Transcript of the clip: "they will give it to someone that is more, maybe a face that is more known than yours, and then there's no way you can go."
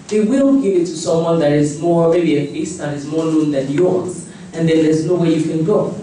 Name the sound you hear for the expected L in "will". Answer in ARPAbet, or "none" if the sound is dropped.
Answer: N